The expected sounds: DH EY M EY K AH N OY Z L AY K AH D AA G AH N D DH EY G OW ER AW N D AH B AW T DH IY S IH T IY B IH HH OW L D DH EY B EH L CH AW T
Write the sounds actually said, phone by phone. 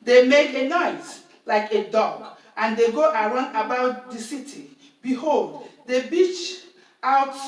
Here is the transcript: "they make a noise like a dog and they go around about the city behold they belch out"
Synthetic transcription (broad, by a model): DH EY M EY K AH N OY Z L AY K AH D AA G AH N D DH EY G OW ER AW N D AH B AW T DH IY S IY T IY B IH HH OW L D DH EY B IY CH AW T